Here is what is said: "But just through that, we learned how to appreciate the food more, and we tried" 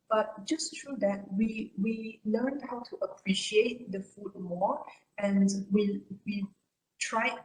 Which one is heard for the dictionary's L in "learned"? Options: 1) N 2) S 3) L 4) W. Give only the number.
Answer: 4